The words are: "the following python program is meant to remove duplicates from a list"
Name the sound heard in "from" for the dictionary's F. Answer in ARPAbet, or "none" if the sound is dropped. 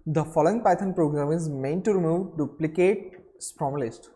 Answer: P